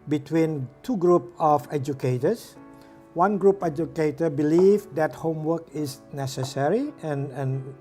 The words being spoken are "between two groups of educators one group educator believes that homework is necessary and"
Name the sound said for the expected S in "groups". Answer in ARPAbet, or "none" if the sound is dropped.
none